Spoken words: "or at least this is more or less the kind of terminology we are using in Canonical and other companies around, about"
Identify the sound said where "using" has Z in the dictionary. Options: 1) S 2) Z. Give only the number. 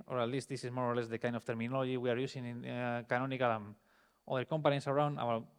1